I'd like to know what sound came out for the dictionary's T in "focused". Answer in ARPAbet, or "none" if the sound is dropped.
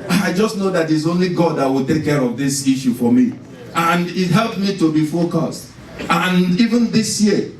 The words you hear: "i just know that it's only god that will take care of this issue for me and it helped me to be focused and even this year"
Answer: T